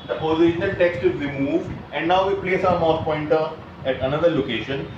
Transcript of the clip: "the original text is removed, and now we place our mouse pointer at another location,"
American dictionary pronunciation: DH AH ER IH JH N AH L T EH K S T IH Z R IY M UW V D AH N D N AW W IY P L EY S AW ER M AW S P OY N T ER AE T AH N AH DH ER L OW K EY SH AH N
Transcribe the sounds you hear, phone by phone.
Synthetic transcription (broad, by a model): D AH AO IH SH N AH L T EH K S T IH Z R IY M UW V D AH N D N AW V IY P L EY S AW ER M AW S P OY N T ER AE T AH N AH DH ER L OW K EY SH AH N